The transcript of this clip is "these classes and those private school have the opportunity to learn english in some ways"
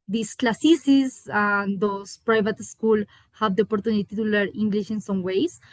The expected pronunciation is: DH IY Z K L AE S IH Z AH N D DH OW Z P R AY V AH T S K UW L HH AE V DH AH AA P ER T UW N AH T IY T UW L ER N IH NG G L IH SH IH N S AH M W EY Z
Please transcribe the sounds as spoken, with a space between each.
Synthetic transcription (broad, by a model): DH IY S K L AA S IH S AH N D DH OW S P R AY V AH T S K UW L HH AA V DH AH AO P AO T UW N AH T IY T UW L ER IY NG G L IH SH IH N S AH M W EY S